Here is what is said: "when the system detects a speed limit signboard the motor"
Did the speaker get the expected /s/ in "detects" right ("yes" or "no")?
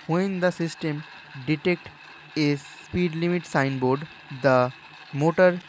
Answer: no